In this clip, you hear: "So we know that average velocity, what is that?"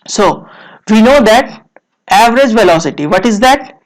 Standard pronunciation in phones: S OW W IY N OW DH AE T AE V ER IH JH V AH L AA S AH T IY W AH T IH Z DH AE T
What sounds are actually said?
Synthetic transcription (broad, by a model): S OW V IY N OW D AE T AE V ER IH JH V AH L AA S AH T IY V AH T IH Z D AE T